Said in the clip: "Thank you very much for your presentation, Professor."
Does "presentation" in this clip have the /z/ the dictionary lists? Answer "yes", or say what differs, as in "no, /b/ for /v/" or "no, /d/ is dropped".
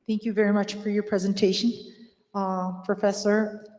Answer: yes